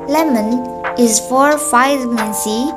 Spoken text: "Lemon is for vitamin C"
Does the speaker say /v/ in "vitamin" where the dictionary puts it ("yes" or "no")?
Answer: no